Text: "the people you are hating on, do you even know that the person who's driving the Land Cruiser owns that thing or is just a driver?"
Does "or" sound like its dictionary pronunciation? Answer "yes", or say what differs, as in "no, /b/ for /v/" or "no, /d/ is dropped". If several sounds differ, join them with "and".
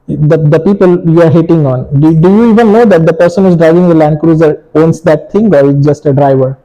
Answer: yes